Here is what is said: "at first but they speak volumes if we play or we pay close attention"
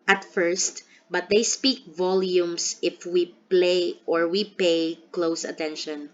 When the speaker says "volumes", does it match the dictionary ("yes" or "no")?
no